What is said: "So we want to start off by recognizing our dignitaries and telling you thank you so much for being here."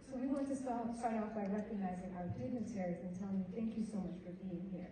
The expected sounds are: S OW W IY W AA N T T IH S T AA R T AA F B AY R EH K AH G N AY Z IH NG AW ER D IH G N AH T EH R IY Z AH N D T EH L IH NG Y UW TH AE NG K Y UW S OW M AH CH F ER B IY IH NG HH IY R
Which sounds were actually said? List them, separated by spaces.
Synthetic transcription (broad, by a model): S OW W IY W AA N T T IH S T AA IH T AA F B AY R EH K AH G N AY Z IH NG AW ER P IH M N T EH R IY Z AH N T EH L IH NG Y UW TH AE NG K Y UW S OW M AH CH F ER B IY IH NG HH IY R